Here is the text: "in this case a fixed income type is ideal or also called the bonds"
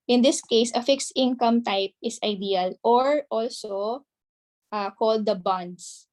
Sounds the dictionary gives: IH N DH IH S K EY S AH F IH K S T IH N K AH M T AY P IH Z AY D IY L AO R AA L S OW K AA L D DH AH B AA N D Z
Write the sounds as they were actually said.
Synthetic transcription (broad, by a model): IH N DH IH S K EY S AH F IH K S T IH N K AH M T AY P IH S AY D IY L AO R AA L S OW K AA L D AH B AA N D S